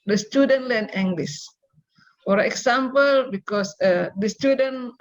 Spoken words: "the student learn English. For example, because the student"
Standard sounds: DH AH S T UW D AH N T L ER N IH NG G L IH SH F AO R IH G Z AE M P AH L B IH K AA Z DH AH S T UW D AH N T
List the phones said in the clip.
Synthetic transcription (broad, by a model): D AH S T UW D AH N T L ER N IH NG G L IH S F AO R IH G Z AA M P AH L B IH K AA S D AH S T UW D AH N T